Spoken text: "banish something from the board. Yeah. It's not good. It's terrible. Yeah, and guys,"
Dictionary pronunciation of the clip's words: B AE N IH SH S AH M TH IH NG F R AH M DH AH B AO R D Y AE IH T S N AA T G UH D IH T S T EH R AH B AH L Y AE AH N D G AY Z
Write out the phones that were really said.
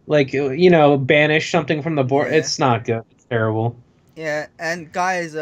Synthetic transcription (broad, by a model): B AE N IH SH S AH M TH IH NG F R AH M DH AH B AO R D IH T S N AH T G UH D IH T S T EH R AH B L Y AE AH N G AY Z